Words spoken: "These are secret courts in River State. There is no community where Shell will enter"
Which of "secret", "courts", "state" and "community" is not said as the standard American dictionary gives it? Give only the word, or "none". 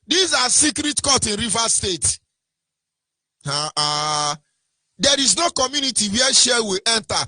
courts